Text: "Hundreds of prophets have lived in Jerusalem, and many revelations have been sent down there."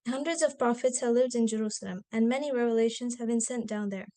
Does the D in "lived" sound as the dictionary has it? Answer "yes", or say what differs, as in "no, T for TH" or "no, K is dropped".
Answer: yes